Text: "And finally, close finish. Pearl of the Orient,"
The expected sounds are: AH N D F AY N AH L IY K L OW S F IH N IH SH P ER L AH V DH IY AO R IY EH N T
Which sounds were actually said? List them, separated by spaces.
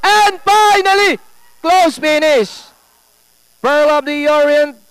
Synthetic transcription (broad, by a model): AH N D F AY N AH L IY K L OW S P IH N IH S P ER L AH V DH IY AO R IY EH N